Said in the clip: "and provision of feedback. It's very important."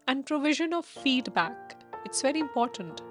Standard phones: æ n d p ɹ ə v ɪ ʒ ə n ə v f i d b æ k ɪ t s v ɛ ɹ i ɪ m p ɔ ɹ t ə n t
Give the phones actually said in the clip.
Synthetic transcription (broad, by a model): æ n d p ɹ ə v ɪ ʒ ə n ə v f i d b æ k ɪ t s v ɛ ɹ i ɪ m p ɔ ɹ t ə n t